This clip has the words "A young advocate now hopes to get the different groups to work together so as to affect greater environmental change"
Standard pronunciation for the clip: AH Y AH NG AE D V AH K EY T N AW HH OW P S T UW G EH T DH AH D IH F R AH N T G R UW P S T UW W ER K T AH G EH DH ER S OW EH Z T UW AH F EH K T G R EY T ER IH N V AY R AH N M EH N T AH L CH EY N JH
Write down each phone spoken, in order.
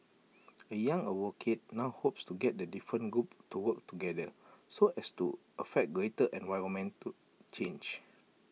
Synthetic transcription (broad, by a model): AH Y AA NG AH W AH K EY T N AW HH OW P S T UW G EH T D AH D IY F R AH N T G R UW P T UW W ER K T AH G EH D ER S OW EH S T UW AH F EH K T G R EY T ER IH N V AY R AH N M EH N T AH CH EY N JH